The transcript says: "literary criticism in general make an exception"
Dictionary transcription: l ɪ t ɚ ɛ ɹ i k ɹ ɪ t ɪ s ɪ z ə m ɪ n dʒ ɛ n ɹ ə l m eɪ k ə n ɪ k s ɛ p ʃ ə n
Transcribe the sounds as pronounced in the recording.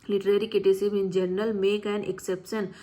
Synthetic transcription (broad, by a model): l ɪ t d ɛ ɹ i k ɪ t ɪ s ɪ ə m ɪ n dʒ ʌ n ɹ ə l m eɪ k ə n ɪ k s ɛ p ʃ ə n